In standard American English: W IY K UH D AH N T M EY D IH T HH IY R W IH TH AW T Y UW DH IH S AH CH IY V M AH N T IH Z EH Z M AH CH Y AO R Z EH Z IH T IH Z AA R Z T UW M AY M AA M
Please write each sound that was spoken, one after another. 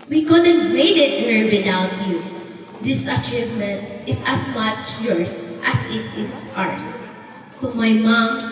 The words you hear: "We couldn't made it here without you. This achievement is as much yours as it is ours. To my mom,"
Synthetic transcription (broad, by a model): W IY K UH D AH N T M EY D IH T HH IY R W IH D AW T Y UW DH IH S AH CH IY V M AH N T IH S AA S M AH CH Y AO R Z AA S IH T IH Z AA R S T UW M AY M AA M